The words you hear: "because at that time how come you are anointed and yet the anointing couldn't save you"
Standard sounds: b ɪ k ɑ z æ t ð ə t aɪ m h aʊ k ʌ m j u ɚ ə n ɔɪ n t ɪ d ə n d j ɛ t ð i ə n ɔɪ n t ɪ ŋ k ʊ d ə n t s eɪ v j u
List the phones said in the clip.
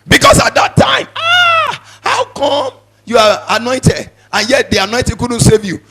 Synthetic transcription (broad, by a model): b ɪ k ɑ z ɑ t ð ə t aɪ m h aʊ k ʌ m j u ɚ ə n ɔɪ n t ɪ d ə n j ɛ t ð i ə n ɔɪ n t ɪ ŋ k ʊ d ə n t s eɪ v j u